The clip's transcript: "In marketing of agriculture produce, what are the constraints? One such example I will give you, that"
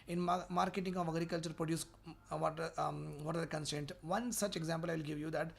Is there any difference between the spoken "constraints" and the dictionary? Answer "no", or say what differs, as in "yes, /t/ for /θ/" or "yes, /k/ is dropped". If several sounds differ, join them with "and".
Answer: yes, /ɹ/ is dropped